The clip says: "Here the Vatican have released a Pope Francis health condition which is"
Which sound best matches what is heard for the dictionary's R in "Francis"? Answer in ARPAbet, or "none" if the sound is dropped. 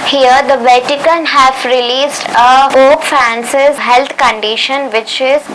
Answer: none